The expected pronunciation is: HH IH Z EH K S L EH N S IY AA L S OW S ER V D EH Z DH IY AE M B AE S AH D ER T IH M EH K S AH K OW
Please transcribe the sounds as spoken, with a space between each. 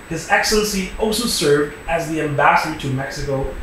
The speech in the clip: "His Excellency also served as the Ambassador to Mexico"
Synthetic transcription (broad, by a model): HH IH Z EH K S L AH N S IY AA L S OW S ER V D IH Z DH IY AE M B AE S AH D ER T IH M EH K S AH K OW